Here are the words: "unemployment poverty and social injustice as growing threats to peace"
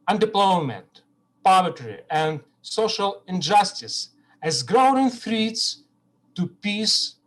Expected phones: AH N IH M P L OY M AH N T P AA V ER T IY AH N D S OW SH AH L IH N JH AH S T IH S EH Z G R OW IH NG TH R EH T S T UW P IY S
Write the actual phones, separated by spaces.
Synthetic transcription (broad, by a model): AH N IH P L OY M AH N T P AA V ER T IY AH N D S OW SH AH L IH N JH AH S T IH S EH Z G R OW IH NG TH R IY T S T UW P IY S